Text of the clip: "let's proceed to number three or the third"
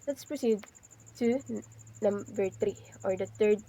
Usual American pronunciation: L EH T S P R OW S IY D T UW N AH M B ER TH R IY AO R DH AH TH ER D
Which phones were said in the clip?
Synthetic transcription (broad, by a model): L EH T S P R OW S IY D T UW N AH M B ER T R IY AO R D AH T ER D